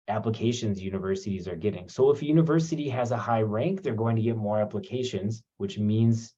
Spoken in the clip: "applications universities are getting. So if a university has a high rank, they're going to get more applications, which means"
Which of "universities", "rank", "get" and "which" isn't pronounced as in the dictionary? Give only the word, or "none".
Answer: none